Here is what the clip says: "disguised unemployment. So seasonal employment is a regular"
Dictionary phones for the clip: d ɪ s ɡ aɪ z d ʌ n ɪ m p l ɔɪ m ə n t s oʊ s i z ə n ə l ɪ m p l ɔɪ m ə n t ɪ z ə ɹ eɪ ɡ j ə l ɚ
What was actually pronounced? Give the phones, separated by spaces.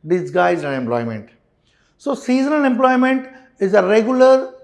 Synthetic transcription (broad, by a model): d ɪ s ɡ aɪ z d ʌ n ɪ m p l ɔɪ m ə n t s oʊ s i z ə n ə n ɪ m p l ɔɪ m ə n t ɪ z ə ɹ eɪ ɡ j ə l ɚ